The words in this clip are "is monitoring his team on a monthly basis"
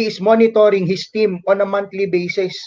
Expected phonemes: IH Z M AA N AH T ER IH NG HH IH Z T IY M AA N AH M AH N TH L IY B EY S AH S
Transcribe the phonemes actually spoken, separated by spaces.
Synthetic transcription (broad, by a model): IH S M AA N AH T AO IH NG HH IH S T IY M AA N AH M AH N T L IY B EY S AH S